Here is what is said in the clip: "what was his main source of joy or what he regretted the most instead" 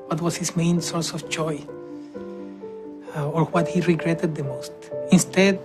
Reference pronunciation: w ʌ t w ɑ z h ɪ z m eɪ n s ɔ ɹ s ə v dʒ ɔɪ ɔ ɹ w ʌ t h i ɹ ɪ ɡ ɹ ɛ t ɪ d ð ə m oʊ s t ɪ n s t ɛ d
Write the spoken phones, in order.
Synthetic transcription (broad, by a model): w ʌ t w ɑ s h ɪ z m eɪ n s ɔ ɹ s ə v dʒ ɔɪ ɔ ɹ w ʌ t h i ɹ ɪ ɡ ɹ ɛ t ɪ d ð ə m oʊ s t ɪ n s t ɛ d